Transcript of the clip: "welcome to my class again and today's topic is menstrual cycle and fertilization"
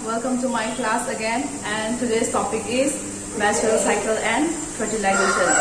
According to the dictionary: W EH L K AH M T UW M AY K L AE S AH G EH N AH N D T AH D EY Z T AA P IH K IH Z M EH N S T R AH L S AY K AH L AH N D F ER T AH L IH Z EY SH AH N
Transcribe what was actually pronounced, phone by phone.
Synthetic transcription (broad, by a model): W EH L K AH M T UW M AY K L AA S AH G EH N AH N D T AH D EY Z T AA P IH K IH Z M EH S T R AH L S AY K AH L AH N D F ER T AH L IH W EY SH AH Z